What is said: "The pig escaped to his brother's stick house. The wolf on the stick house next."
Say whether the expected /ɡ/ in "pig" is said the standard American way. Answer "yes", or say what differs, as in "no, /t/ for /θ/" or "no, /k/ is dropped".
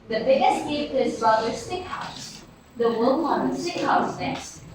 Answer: no, /ɡ/ is dropped